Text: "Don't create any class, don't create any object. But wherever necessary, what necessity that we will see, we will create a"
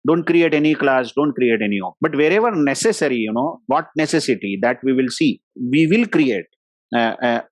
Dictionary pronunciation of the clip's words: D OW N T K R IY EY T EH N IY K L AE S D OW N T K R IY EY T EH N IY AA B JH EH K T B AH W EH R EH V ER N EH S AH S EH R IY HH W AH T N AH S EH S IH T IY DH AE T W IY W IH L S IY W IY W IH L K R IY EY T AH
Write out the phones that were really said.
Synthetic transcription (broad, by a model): D OW N T K R IY EY T EH N IY K L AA S D OW N T K R IY EY T EH N IY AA B EH T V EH R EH V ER N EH S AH S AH R IY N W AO T N AH S EH S IH T IY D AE T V IY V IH L S IY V IY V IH L K R IY EY T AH